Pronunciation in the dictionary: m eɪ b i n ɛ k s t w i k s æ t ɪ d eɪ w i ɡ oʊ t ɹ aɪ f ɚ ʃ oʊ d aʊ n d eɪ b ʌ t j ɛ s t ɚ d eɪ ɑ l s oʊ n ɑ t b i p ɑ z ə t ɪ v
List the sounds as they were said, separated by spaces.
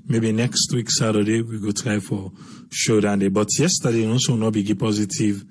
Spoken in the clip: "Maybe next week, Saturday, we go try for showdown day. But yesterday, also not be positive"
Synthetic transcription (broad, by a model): m eɪ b i n ɛ k s t w i k s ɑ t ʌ d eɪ w i ɡ oʊ t ɹ aɪ f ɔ ʃ oʊ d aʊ n d eɪ b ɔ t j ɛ s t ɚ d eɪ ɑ s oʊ n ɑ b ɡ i p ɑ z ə t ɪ v